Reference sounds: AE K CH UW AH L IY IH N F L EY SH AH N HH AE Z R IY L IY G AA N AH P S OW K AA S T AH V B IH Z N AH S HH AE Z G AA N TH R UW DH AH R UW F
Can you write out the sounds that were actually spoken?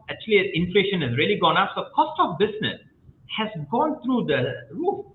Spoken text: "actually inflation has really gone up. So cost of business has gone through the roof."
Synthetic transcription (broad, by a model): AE K CH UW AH L IY IH N F L EY SH AH N HH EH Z R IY L IY G AA N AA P S OW K AA S T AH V B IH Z N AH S HH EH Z G AA N T R UW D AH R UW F